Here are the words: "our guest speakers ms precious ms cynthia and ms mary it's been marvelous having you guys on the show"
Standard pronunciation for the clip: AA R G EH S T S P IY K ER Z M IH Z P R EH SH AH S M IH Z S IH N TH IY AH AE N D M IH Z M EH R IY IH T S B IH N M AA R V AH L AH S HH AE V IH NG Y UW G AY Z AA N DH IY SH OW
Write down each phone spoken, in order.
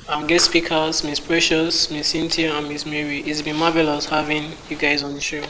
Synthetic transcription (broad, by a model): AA G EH T S P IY K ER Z M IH S P R EH SH AH S M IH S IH N T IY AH N M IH S M EH R IY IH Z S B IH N M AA V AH L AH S HH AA V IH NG Y UW G AY Z AA N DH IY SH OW